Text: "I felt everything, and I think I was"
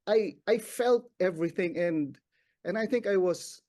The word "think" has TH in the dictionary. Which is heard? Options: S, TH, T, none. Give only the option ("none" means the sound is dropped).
TH